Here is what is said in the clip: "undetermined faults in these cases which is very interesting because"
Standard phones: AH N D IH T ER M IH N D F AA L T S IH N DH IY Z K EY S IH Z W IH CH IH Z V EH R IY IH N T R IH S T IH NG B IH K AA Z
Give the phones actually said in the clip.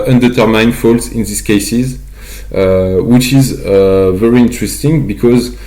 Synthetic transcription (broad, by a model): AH N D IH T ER M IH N F AA L T S IH N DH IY S K EY S IH Z W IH CH IH Z V EH R IY IH N T R IH S T IH NG B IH K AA Z